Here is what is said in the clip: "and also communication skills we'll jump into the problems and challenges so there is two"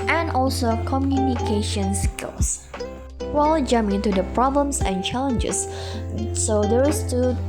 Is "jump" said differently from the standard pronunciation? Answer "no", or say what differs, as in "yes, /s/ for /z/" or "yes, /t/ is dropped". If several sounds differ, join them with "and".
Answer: yes, /p/ is dropped